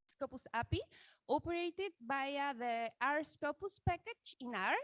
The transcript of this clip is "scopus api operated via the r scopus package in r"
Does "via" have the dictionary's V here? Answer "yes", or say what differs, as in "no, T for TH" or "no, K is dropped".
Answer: no, B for V